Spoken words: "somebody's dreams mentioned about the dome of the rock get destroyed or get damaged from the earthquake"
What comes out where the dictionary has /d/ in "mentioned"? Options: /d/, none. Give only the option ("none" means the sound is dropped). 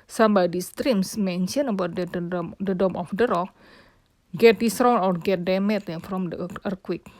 none